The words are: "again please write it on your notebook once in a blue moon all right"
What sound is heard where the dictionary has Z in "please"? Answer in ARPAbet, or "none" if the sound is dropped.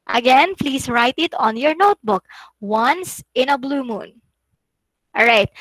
S